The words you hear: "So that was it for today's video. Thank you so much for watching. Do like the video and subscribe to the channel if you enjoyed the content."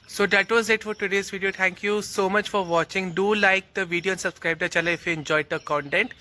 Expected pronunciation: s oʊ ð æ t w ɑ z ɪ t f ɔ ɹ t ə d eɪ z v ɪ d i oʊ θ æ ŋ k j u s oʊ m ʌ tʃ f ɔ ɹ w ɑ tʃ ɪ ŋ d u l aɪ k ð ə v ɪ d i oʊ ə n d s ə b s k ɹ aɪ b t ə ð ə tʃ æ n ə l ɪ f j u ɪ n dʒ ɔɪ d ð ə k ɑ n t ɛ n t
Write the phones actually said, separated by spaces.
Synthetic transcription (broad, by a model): s oʊ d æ t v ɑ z ɪ t f ɔ ɹ t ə d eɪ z v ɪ d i oʊ t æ ŋ k j u s oʊ m ʌ tʃ f ɔ ɹ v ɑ tʃ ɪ ŋ d u l aɪ k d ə v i d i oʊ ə n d s ə b s k ɹ aɪ b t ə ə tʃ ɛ l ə ɪ f j u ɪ n dʒ ɔɪ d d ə k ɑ n t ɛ n t